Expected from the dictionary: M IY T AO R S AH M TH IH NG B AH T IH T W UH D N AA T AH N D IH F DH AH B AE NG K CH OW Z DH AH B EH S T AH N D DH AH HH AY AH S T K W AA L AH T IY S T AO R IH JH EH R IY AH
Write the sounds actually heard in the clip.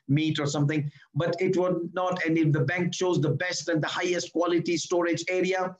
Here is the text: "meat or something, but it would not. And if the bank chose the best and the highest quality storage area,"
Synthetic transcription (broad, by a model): M IY T AO R S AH M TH IH NG B AH T IH T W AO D N AA T AH N D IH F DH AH B AE NG K CH OW Z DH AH B EH S T AH N D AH HH AY AH S T K W AA L AH T IY S T AO R IH JH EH R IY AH